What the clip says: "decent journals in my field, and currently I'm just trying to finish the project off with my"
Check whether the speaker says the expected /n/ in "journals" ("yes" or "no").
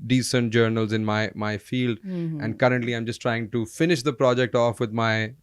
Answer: yes